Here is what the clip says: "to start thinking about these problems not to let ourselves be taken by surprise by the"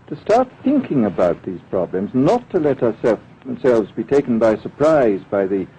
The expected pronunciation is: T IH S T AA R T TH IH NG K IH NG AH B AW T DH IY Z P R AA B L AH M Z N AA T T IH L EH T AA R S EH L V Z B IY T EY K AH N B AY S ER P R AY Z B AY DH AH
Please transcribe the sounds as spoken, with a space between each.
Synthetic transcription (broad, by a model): T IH S T AA R T TH IH NG K IH NG AH B AW T DH IY Z P R AA B L AH M Z N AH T T IH L EH T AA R S EH L V Z B IY T EY K N B AY S ER P R AY Z B AY DH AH